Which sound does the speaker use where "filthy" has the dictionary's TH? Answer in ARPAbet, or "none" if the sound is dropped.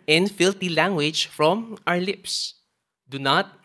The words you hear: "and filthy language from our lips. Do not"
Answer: T